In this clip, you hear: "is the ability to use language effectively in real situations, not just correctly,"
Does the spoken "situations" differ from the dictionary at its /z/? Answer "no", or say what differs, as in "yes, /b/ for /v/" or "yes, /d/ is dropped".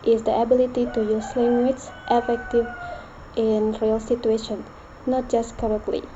yes, /z/ is dropped